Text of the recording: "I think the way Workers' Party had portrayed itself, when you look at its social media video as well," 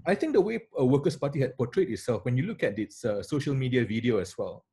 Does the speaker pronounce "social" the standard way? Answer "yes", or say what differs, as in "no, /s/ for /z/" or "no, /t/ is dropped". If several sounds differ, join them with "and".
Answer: yes